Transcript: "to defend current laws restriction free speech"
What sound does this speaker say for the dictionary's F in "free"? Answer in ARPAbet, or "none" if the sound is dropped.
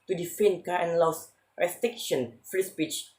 F